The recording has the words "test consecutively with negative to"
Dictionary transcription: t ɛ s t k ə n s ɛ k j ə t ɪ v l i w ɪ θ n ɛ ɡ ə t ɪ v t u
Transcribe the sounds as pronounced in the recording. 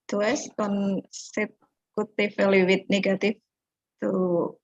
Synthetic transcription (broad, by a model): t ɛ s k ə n s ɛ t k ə t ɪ f l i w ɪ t n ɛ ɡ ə t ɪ f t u